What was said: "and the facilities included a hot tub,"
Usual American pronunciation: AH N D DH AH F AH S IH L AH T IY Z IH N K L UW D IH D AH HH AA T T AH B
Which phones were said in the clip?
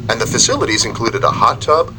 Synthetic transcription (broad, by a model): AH N DH AH F AH S IH L AH T IY Z IH N K L UW D IH D AH HH AA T T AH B